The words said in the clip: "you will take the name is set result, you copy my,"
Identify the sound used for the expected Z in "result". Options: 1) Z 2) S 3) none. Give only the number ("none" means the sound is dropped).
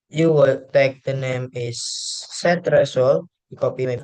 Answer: 2